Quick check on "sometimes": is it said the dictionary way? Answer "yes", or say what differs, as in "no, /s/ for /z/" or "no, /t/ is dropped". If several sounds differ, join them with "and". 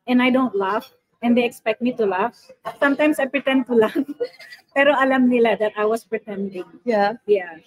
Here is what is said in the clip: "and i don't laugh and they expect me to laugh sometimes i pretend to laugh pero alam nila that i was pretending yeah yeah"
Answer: no, /s/ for /z/